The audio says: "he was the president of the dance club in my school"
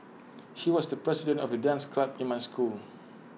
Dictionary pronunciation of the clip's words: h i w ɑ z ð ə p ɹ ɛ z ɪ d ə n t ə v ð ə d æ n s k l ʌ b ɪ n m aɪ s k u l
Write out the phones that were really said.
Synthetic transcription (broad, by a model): h i w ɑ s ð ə p ɹ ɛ s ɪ d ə n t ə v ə d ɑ n s k l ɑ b ɪ n m aɪ s k u l